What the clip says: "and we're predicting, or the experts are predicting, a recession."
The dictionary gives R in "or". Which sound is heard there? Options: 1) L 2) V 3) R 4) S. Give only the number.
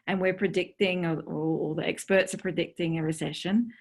1